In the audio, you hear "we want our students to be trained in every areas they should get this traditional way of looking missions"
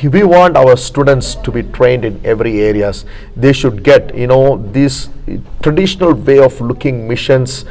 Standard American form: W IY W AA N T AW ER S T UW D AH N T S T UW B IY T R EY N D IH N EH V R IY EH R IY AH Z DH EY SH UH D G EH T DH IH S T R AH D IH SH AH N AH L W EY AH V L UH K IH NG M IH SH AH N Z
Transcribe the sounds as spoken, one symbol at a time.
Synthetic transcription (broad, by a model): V IY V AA N T AW ER S T UW D AH N T S T UW B IY T R EY N D IH N EH V R IY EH R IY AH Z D EY SH UH D G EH T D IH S T R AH D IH SH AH N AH L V EY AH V L UH K IH NG M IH SH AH N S